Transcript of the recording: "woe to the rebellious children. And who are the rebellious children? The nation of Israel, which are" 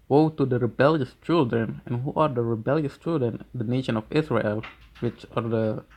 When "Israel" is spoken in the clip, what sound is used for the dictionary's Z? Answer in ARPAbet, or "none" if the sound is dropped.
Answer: S